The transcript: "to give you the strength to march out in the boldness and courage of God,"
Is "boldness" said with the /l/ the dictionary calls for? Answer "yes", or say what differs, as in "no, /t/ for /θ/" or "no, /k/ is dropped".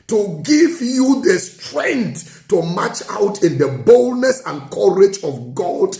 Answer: yes